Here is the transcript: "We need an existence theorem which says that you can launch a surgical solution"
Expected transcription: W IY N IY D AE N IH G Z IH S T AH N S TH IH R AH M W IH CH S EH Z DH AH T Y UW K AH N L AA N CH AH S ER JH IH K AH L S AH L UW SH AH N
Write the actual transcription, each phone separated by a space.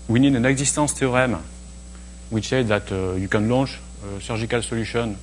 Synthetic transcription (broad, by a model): W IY N IY D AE N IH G Z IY S T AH S T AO R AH M W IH CH S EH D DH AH T Y UW K AH N L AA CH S AH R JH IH K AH L S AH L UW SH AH N